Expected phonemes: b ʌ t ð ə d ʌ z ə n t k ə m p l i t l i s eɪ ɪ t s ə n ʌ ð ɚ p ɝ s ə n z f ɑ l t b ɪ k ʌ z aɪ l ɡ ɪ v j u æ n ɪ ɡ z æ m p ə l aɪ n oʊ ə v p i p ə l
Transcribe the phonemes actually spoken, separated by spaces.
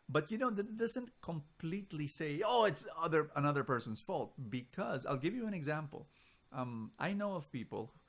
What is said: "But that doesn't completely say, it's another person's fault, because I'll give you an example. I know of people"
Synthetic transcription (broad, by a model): b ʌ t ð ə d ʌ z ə n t k ə m p l i t l i s eɪ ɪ t s ə n ʌ ð ɚ p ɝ s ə n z f ɑ l t b ɪ k ʌ z aɪ l ɡ ɪ v j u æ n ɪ ɡ z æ m p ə l aɪ n oʊ ə v p i p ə l